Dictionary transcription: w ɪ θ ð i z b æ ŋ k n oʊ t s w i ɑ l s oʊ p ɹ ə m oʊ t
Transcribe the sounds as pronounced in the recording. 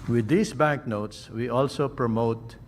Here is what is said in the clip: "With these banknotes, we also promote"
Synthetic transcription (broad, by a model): w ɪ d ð i s b æ ŋ k n oʊ t s w i ɑ l s oʊ p ɹ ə m oʊ t